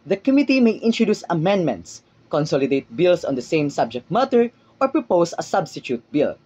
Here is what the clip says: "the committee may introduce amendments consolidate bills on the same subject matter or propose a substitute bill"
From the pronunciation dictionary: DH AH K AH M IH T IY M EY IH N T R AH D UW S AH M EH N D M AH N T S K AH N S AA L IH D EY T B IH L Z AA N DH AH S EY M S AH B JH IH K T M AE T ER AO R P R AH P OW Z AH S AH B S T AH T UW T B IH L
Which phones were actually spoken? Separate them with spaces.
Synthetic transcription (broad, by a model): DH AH K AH M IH T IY M EY IH N T R AH D UW S AH M EH N D M AH N T S K AH N S AA L IH D EY T B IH L S AA N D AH S EY M S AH B JH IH K T M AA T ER AO R P R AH P OW S AH S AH B S T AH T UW T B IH L